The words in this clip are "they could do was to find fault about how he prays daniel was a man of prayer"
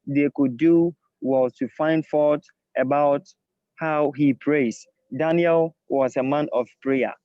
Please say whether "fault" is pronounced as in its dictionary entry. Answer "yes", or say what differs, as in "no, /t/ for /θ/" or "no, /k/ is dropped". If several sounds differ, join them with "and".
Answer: no, /l/ is dropped